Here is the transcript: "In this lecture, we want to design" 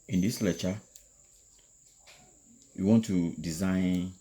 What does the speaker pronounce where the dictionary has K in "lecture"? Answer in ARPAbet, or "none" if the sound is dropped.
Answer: none